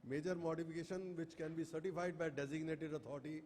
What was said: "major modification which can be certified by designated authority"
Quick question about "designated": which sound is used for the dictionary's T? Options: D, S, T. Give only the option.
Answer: T